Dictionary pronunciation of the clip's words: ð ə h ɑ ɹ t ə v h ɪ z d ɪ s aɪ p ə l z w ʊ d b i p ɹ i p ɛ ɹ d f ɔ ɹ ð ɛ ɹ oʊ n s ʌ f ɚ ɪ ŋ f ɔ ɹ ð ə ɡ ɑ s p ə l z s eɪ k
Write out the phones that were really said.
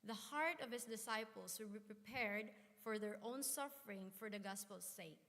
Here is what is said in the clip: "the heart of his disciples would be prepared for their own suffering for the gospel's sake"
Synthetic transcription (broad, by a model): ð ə h ɑ ɹ t ə v h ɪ s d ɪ s aɪ p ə l s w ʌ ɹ b i p ɹ i p ɛ ɹ d f ɔ ɹ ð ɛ ɹ oʊ n s ʌ f ɚ ɪ ŋ f ɔ ɹ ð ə ɡ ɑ s p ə l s eɪ k